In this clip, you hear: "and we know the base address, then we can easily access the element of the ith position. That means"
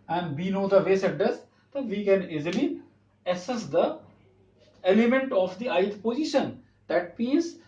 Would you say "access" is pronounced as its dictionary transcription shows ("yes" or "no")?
no